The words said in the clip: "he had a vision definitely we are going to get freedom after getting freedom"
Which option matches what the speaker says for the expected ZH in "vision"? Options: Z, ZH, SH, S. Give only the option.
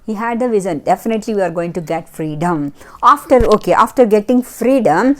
Z